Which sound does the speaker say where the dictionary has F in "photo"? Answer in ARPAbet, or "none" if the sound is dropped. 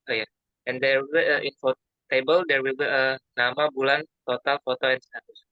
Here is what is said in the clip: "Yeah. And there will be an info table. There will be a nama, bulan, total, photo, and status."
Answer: F